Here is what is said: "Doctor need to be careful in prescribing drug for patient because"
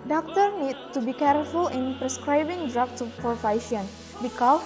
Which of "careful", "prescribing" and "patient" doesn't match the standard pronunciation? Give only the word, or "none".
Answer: patient